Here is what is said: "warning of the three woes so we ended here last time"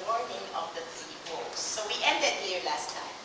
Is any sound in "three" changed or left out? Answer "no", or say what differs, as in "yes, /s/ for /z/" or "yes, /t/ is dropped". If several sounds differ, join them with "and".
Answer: yes, /ɹ/ is dropped